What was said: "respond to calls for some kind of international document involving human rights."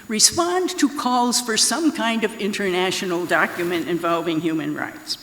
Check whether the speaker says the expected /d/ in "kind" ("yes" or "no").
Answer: yes